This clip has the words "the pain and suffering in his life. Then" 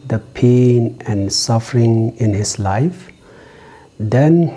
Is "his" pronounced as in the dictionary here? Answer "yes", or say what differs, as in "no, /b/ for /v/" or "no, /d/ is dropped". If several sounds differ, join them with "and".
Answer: no, /s/ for /z/